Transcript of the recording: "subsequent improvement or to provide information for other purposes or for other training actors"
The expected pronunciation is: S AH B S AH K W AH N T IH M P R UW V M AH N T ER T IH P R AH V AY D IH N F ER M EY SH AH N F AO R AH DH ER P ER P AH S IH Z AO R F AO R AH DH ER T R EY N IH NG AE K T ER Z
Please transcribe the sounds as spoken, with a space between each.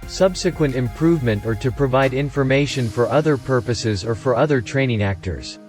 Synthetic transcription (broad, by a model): S AH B S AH K W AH N T IH M P R UW V M AH N T ER T IH P R AH V AY D IH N F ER M EY SH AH N F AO R AH DH ER P ER P AH S IH Z AO R F AO R AH DH ER T R EY N IH NG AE K T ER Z